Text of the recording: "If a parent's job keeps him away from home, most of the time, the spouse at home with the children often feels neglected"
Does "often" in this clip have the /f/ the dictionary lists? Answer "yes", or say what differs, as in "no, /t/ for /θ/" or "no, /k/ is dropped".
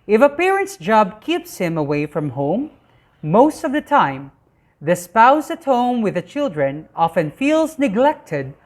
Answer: yes